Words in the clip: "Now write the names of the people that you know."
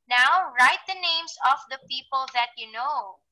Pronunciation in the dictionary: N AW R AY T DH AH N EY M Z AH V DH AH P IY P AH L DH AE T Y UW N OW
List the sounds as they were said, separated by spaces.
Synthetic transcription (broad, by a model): N AW R AY T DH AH N EY M S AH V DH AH P IY P AH L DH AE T Y UW N OW